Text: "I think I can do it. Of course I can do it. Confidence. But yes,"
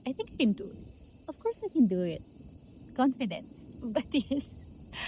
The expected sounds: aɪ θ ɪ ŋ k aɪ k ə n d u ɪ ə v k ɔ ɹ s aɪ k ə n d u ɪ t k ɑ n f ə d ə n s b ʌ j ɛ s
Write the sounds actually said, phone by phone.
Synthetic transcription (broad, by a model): aɪ t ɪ ŋ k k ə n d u ɪ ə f k ɔ ɹ s aɪ k ə n d u ɪ t k ɑ n f ə d ə n s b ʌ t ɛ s